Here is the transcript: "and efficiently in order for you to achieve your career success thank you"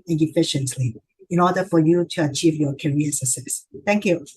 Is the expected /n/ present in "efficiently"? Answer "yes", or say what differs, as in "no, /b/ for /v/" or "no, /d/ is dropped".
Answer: yes